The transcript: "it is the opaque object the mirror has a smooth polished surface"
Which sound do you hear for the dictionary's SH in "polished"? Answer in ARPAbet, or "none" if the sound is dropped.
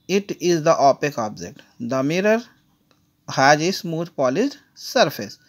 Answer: S